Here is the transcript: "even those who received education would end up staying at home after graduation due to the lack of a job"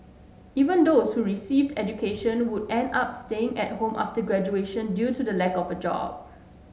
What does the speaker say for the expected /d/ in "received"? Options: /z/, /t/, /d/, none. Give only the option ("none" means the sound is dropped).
/d/